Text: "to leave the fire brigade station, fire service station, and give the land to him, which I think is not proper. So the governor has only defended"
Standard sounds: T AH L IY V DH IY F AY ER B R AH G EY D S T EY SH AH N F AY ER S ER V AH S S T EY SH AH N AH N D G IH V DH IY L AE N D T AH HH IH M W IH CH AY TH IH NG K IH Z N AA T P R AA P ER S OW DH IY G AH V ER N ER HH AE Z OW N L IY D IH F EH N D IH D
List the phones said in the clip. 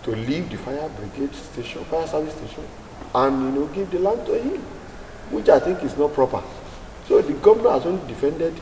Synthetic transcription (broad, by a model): T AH L IY V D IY F AY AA B R AH G EY D S T EY SH AH N F AY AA S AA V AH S S T EY SH AH N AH N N G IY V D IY L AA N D T AH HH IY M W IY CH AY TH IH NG K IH S N AA T P R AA P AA S OW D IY G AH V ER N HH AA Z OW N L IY D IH F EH N D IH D